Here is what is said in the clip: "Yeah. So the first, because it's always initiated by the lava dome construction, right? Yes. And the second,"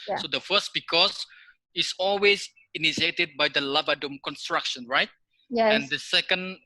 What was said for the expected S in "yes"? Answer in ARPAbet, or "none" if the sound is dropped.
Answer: none